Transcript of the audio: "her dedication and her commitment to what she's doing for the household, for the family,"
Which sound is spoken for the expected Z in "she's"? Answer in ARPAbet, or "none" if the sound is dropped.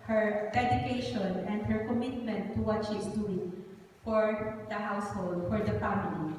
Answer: S